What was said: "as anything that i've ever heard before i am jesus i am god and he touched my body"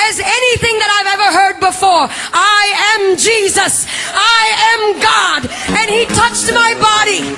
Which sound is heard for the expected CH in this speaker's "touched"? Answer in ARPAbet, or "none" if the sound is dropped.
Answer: CH